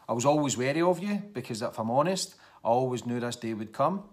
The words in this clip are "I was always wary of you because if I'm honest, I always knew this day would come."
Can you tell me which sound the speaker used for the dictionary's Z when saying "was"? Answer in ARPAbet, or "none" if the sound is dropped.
Z